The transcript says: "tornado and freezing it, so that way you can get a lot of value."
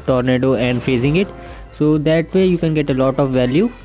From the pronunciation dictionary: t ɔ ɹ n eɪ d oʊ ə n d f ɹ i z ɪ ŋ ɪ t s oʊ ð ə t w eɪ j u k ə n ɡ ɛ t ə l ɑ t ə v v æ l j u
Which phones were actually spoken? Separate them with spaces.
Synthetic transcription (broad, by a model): t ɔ ɹ n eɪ d oʊ ə n d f ɛ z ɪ ŋ ɪ t s oʊ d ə t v eɪ j u k ə n ɡ ɛ t ə l ɑ t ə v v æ l j u